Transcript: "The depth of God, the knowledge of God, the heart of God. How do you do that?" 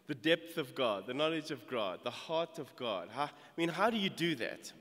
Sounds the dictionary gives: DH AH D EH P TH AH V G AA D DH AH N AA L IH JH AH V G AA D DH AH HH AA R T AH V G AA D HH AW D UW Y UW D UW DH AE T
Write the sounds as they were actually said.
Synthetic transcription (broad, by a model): DH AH D EH P TH AH V G AA D DH AH N AA L IH JH AH V G AA D DH AH HH AA R T AH V G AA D HH AW D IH Y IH D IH DH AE T